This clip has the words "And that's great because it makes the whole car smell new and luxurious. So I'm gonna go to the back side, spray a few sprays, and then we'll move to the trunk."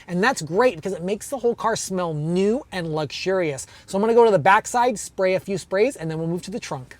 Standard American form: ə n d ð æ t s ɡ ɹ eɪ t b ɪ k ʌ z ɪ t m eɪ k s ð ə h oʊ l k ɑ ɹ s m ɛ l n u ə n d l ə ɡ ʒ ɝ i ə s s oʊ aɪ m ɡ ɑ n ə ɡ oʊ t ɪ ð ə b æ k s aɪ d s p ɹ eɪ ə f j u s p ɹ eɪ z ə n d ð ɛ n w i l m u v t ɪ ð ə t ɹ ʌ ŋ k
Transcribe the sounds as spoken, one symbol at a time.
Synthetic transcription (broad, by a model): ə n ð æ t s ɡ ɹ eɪ t b ɪ k ʌ z ɪ t m eɪ k s ð ə h oʊ l k ɑ ɹ s m ɛ l n u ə n l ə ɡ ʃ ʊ i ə s s oʊ aɪ m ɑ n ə ɡ oʊ t ɪ ð ə b æ k s aɪ d s p ɹ eɪ ə f j u s p ɹ eɪ z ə n ð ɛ n w i l m u v t ɪ ð ə t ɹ ʌ ŋ k